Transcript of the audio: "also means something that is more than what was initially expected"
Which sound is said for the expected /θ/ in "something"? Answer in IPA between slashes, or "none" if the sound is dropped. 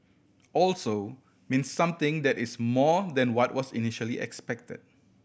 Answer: /t/